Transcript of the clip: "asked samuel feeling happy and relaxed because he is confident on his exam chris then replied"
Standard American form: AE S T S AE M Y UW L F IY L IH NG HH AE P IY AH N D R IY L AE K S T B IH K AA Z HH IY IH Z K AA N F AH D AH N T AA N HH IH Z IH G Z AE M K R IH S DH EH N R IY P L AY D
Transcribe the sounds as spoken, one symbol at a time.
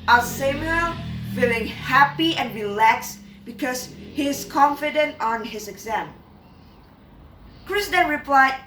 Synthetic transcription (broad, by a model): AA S S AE M Y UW L F IY L IH NG HH AE P IY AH N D R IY L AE K S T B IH K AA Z HH IY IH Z K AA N F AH D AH N T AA N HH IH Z IH G Z AE M K R IH S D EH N R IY P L AY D